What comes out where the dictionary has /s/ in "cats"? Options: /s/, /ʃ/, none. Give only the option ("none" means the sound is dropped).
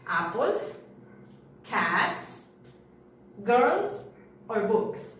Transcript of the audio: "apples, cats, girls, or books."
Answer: /s/